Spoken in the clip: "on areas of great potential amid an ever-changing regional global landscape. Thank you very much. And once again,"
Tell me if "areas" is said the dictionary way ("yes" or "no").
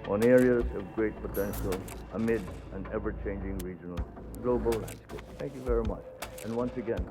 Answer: yes